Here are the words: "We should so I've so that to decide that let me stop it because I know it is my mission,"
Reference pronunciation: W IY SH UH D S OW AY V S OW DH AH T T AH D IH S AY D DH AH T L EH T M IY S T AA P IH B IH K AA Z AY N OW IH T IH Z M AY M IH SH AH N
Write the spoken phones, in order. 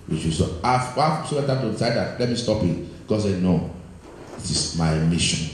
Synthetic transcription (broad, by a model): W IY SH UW S OW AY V S OW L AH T T AH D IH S AY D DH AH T L EH T M IY S T AA P IH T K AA S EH N OW IH T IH S M AY M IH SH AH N